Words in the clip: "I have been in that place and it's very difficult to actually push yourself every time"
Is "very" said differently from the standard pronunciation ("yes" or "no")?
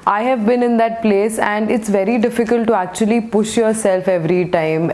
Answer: no